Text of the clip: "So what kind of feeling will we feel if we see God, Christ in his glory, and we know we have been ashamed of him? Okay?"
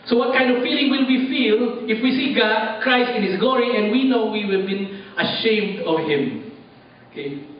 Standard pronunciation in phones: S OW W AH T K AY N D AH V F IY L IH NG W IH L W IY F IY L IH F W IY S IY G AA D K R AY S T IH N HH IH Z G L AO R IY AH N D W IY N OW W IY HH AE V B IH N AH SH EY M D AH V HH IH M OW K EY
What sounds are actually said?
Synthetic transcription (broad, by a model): S OW W AH T K AY N D AH V F IY L IH NG W IH L W IY F IY L IH F W IY S IY G AA D K R AY S T IH N HH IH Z G L AO R IY AH N D W IY N OW W IY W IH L B IH N AH SH EY M D AH V HH IH M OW K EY